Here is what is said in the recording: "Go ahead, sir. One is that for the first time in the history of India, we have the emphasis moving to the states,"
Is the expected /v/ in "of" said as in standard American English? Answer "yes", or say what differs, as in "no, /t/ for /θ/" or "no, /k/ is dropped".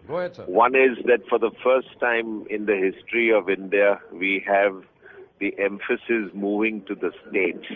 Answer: yes